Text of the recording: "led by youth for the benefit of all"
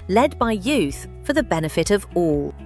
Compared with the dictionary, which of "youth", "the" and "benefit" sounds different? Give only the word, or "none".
none